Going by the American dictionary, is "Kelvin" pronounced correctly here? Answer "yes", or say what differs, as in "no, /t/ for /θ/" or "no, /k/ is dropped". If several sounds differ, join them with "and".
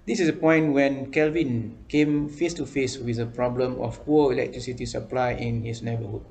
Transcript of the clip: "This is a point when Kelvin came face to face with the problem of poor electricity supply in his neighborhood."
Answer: yes